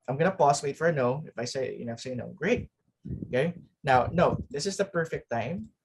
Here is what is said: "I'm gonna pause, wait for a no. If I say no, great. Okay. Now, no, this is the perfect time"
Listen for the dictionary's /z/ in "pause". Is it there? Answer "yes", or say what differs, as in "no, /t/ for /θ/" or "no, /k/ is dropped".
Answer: no, /s/ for /z/